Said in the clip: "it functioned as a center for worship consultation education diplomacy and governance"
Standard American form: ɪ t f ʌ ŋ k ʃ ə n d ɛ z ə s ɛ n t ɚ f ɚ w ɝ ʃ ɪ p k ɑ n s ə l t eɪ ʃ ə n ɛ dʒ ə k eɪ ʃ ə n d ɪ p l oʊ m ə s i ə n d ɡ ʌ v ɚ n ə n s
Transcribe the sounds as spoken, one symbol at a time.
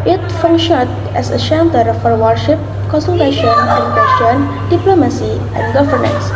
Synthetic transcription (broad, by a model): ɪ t f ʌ ŋ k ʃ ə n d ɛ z ə ʃ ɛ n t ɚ f ɚ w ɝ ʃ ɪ p k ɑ n s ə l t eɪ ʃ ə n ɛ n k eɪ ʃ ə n d ɪ p l oʊ m ə s i ə n d ɡ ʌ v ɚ n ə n s